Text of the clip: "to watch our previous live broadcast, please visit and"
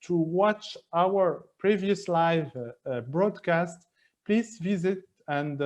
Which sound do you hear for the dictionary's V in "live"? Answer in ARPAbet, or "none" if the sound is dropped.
V